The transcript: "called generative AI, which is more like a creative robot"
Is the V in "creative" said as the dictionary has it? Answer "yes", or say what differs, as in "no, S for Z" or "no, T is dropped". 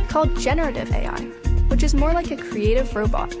yes